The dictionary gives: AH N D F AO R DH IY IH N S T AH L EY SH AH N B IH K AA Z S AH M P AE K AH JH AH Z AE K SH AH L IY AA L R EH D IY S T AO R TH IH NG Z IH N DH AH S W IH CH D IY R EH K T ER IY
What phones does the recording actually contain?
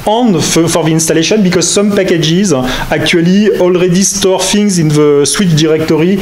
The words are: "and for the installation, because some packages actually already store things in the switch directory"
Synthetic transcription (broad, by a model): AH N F F AO R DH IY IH N S T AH L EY SH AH N B IH K AA Z S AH M P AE K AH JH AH Z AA K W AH L IY AA L R EH D IY S T AO R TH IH NG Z IH N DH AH S W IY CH D IY R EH K T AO IY